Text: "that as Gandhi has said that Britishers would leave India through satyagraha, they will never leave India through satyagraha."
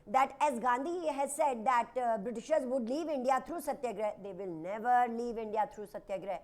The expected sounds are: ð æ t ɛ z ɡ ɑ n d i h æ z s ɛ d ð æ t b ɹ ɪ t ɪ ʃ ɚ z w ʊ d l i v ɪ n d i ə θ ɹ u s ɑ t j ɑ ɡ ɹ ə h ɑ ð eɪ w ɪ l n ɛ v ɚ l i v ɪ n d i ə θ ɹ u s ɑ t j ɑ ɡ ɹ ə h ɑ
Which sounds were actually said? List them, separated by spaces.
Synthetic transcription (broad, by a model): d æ t ɛ z ɡ ɑ n d i h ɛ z s ɛ d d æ t b ɹ ɪ t ɪ ʃ ɚ z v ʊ d l i v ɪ n d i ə t ɹ u s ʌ t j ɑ ɡ ɹ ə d eɪ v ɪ l n ɛ v ɚ l i v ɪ n d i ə t ɹ u s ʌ t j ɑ ɡ ɹ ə